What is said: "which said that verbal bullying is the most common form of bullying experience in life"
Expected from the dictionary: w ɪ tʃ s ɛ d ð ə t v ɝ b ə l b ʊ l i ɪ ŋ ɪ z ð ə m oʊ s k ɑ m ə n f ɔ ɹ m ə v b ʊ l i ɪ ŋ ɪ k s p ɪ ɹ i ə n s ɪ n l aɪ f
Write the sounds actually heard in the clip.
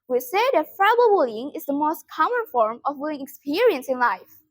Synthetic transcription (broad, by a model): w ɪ s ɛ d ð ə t f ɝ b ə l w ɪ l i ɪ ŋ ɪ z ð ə m oʊ s k ɑ m ə n f ɔ ɹ m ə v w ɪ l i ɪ ŋ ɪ k s p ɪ ɹ i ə n s ɪ n l aɪ f